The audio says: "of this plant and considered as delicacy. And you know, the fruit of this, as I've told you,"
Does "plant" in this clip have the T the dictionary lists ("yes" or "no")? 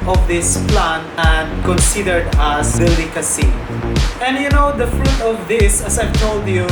no